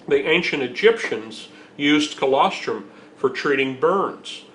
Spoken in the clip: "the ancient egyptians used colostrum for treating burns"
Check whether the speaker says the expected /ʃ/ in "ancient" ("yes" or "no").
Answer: yes